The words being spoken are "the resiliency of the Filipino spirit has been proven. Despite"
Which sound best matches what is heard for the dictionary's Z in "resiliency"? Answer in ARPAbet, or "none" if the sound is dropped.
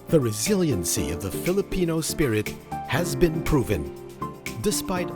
Z